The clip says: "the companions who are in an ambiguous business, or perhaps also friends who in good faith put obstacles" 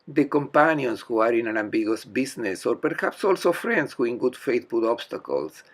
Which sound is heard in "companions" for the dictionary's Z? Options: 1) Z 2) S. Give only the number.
2